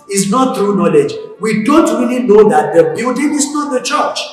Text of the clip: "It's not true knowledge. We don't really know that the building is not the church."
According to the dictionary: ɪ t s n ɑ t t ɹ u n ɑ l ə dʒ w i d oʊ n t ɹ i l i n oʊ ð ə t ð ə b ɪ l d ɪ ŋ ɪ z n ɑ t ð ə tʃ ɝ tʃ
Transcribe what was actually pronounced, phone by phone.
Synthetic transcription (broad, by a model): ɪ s n ɑ t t ɹ u n ɑ l ə dʒ w i d oʊ n t ɹ i l i n oʊ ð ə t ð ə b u d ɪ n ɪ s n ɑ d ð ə tʃ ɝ tʃ